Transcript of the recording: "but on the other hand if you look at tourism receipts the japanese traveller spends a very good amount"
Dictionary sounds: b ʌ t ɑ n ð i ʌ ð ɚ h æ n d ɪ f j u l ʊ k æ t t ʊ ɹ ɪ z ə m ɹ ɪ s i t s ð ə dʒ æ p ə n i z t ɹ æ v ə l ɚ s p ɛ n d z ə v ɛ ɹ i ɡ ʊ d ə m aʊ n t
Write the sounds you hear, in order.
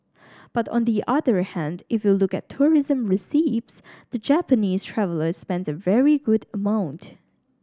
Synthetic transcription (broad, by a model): b ʌ t ɑ n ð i ʌ ð ɚ h æ n d ɪ f j u l ʊ k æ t t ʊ ɹ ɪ z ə m ɹ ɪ s i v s ð ə dʒ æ p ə n i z t ɹ æ v ə l ɚ s p ɛ n d z ə v ɛ ɹ i ɡ ʊ d ə m aʊ n t